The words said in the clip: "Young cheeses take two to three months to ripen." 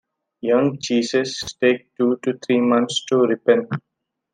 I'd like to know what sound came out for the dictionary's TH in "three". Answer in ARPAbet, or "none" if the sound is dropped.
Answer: T